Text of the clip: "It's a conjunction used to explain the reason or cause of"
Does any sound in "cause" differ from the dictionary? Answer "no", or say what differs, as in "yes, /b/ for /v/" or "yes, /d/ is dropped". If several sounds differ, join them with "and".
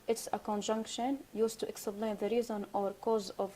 no